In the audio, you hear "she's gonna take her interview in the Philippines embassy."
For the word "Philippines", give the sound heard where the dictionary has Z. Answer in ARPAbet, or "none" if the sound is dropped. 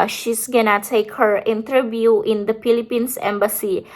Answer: S